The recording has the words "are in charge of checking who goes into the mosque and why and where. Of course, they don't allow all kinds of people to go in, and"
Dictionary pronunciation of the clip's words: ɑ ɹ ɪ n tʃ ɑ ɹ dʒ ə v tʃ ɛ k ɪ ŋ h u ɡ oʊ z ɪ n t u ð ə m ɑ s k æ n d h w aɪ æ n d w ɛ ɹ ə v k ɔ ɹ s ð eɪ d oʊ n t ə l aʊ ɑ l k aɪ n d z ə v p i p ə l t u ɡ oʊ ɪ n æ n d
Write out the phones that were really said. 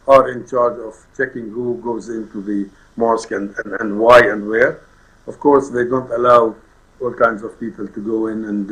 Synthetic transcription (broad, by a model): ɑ ɹ ɪ n tʃ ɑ ɹ dʒ ə v tʃ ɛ k ɪ ŋ h u ɡ oʊ z ɪ n t u ð ə m ɑ s k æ n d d w aɪ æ n d w ɛ ɹ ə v k ɔ ɹ s ð eɪ d oʊ n t ə l aʊ ɑ l k aɪ n d z ə v p i p ə l t u ɡ oʊ ɪ n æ n d